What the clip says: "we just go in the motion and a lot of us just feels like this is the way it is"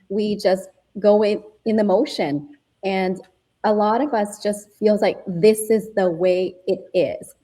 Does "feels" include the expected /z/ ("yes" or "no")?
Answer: yes